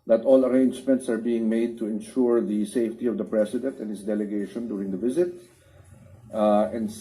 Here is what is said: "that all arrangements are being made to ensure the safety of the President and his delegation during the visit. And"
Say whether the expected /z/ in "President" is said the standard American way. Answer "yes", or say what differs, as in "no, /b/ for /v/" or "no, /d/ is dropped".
no, /s/ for /z/